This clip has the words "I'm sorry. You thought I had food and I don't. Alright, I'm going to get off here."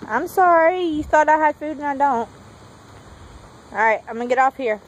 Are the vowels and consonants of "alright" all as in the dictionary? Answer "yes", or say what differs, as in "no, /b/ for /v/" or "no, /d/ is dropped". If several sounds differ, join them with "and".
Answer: no, /l/ is dropped